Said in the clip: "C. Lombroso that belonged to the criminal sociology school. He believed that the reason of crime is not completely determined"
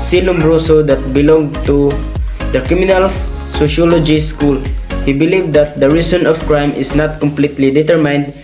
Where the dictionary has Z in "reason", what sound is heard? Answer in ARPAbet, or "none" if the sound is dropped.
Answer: S